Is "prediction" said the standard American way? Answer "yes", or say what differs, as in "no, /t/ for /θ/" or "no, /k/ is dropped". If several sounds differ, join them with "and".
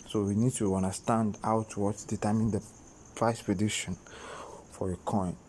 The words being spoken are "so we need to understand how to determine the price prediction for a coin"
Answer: no, /k/ is dropped